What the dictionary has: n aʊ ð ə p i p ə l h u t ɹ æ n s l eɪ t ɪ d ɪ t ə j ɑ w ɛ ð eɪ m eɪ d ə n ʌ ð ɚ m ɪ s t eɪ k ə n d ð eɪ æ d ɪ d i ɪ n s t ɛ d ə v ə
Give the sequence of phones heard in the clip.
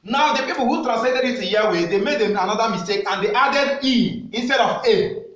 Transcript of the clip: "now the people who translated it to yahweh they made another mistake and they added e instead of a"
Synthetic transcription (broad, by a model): n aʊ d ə p i p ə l h u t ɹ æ s eɪ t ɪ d ɪ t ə j ɑ w ɛ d eɪ m eɪ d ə n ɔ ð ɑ m ɪ s t eɪ k ə n d eɪ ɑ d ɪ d i ɪ n s t ɛ d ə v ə